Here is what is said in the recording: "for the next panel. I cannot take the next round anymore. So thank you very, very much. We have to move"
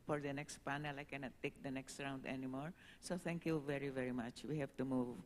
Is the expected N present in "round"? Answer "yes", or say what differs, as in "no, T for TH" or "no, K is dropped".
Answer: yes